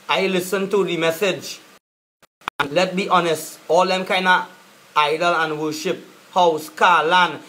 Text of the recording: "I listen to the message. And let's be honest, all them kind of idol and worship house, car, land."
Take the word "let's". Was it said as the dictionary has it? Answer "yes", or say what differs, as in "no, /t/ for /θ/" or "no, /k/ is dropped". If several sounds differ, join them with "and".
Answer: no, /s/ is dropped